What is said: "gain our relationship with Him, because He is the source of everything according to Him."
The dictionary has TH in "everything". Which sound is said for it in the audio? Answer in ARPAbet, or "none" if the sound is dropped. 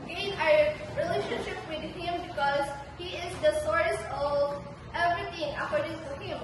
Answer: T